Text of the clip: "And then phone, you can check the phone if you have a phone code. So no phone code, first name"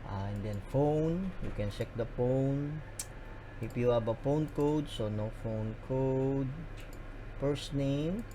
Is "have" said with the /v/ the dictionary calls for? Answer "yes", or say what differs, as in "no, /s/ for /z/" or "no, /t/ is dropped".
no, /b/ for /v/